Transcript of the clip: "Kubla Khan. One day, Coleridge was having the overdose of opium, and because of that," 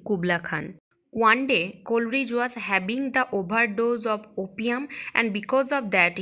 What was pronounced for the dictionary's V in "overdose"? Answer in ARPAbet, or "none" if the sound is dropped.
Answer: B